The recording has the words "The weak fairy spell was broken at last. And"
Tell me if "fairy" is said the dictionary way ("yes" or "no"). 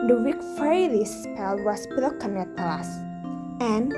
no